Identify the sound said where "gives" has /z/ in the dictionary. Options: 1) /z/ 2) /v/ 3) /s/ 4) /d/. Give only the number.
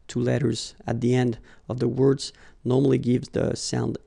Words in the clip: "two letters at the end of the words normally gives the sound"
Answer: 1